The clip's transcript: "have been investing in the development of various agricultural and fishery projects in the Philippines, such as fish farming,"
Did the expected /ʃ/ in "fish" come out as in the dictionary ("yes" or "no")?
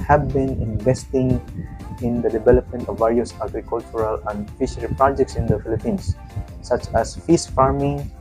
no